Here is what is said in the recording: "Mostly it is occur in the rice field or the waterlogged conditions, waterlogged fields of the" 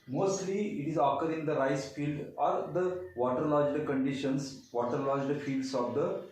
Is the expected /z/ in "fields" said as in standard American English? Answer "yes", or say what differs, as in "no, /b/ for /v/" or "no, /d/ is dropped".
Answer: no, /s/ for /z/